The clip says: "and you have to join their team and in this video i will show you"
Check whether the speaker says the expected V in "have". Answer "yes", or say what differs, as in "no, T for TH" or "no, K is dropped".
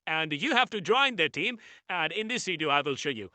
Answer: no, F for V